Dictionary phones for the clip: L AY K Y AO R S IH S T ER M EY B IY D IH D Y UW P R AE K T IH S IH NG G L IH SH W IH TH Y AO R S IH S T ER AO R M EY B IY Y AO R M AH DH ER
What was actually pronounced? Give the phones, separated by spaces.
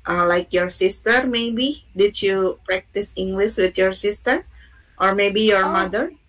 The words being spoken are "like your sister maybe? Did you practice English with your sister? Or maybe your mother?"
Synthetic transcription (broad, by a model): L AY K Y AO R S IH S T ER M EY B IY D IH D Y UW P R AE K T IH S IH NG G L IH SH W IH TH Y AO R S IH S T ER AO R M EY B IY Y AO R M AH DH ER